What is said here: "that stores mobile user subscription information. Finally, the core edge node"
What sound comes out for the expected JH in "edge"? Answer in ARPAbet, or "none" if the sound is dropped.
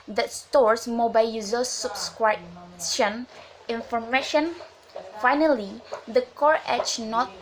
CH